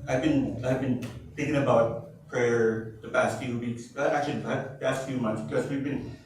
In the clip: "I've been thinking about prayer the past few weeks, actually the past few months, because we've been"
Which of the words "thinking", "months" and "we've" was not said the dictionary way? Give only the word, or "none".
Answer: none